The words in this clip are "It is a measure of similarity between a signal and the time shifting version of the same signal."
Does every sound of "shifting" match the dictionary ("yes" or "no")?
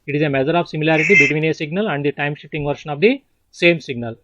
no